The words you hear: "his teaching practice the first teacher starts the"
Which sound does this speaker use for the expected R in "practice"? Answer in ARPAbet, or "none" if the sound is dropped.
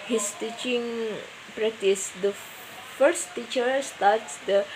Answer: R